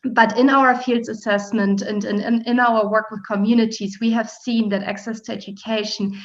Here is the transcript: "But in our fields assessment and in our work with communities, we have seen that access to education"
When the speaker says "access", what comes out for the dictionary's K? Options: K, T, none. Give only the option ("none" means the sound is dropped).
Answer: K